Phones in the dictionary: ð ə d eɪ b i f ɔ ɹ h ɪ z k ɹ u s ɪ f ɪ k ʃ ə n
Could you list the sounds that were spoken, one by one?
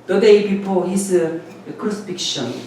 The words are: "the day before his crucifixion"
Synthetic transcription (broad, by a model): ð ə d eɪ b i p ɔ l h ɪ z k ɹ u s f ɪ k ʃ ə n